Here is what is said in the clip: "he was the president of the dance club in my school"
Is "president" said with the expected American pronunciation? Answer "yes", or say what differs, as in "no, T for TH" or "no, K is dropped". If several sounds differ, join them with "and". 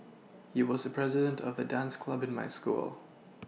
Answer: yes